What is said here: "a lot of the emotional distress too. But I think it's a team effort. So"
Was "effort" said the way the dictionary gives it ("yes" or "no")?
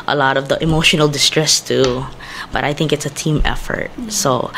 yes